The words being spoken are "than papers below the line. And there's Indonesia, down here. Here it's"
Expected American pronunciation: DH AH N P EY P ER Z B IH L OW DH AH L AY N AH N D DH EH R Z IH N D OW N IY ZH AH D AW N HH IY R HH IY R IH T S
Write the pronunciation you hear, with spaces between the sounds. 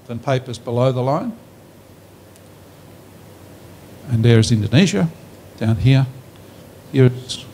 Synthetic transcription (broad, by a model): DH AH N P EY P ER Z B IH L OW DH AH L AY N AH N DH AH R Z IH N D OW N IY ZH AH D AW N HH IY R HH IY R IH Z